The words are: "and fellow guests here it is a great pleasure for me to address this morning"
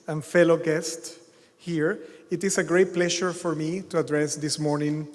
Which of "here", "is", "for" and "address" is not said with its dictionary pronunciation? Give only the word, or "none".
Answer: is